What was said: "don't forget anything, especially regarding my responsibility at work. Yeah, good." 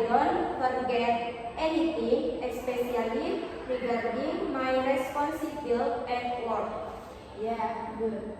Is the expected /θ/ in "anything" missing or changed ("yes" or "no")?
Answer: yes